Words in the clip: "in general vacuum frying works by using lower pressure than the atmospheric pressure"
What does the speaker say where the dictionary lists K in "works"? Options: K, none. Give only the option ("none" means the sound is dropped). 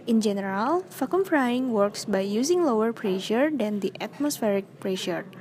K